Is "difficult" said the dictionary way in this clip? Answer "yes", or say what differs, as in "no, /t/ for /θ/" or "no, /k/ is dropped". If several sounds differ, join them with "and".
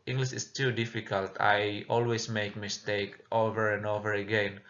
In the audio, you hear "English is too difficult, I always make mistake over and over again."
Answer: yes